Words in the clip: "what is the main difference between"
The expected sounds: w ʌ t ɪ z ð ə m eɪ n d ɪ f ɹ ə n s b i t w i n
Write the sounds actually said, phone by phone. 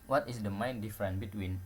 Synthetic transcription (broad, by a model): w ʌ t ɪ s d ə m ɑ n d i f ɹ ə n b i t w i n